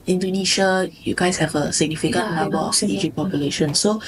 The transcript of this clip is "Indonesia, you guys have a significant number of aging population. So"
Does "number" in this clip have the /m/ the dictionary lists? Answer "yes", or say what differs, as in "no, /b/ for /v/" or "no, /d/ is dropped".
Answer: no, /m/ is dropped